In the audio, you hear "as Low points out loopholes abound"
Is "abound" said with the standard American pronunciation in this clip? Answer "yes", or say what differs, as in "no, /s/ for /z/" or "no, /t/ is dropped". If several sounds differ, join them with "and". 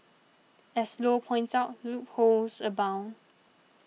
no, /d/ is dropped